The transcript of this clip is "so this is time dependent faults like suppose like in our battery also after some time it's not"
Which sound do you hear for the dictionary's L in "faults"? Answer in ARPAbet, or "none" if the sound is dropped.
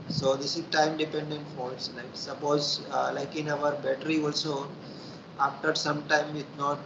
none